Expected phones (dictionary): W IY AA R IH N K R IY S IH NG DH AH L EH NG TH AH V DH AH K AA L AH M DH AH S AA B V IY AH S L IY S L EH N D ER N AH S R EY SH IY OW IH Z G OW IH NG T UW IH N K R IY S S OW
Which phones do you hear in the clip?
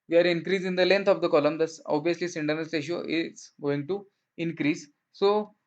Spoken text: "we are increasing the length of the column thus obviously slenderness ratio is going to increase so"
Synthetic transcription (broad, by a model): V IY AA R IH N K R IY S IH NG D AH L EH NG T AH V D AH K AA L AH M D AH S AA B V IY AH S L IY S IH N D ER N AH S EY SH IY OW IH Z G OW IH NG T UW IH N K R IY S S OW